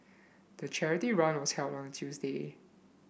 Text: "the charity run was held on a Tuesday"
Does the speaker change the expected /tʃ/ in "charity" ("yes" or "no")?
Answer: no